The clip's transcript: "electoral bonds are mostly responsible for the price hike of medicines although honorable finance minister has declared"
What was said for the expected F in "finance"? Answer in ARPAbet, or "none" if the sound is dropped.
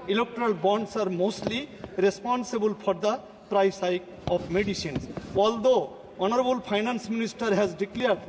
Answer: P